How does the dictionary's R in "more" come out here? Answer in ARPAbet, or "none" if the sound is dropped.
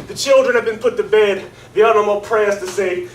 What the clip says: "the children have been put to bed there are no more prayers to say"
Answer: L